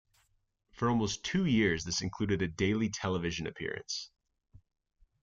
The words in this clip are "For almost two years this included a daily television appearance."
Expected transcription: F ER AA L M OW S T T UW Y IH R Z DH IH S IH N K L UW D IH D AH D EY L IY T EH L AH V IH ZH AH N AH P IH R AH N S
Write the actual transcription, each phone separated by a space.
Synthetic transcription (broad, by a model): F ER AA L M OW S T T UW Y IH R Z DH IH S IH N K L UW D IH D AH D EY L IY T EH L AH V IH ZH AH N AH P IH R AH N S